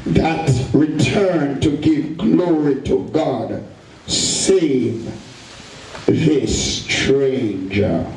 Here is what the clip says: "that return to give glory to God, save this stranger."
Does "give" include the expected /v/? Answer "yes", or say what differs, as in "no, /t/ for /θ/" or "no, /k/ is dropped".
yes